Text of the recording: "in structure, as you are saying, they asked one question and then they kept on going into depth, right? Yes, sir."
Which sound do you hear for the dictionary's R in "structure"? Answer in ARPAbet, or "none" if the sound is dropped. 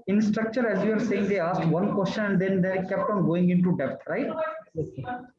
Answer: R